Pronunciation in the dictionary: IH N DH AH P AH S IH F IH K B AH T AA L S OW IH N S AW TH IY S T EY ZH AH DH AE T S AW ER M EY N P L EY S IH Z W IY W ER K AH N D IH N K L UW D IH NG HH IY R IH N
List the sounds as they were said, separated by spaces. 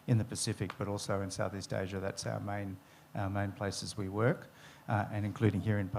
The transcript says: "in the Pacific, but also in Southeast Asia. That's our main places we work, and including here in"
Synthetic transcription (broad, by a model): IH N DH AH P AH S IH F IH K B AH T AA L S OW IH N S AW TH IY S T EY ZH AH DH AE T S AW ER M EY N P L EY S IH Z W IY W ER K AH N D IH N K L UW D IH NG HH IY R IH N